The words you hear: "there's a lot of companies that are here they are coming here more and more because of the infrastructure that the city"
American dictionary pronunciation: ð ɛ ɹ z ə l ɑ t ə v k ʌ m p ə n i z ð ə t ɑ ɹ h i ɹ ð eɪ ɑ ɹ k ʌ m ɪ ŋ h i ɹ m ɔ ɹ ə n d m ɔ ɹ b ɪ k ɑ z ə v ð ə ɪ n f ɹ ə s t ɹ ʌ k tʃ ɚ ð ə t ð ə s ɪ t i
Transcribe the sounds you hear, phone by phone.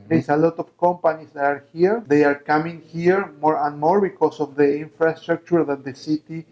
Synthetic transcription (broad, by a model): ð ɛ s ə l ɑ t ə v k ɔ m p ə n i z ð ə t ɑ ɹ h i ɹ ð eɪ ɑ ɹ k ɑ m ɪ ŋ h i ɹ m ɔ ɹ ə n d m ɔ ɹ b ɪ k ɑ s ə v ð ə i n f ɹ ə s t ɹ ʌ k tʃ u ð ə t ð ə s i t i